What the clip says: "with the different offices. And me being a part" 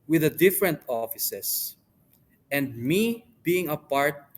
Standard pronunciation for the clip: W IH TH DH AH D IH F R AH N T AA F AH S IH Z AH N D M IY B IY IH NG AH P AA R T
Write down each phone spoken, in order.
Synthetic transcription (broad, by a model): W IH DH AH D IH F R AH N T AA F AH S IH S AH N D M IY B IY IH NG AH P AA R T